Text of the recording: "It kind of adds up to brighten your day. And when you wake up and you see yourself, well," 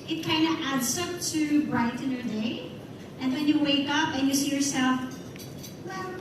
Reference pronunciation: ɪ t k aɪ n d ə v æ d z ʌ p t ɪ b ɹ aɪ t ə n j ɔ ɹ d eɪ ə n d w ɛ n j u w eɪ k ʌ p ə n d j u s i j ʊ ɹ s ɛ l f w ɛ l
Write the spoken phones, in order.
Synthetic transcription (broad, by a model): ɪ t k aɪ n d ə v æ d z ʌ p t ɪ b ɹ aɪ t ə n j ɔ ɹ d eɪ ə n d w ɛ n j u w eɪ k ʌ p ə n j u s i j ʊ ɹ s ɛ l f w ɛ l